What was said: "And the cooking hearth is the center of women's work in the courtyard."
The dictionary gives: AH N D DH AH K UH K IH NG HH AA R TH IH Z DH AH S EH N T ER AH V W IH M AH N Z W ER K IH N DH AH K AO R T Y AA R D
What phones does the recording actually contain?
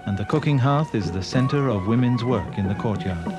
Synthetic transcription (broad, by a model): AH N DH AH K UH K IH NG HH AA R TH IH Z DH AH S EH N T ER AH V W IH M AH N Z W ER K IH N DH AH K AO R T Y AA R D